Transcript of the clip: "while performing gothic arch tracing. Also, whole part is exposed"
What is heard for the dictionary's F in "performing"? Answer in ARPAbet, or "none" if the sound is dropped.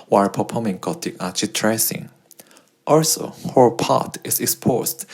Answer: P